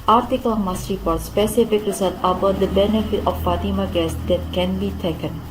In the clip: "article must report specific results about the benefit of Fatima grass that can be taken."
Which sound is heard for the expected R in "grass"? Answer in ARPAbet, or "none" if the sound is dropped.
none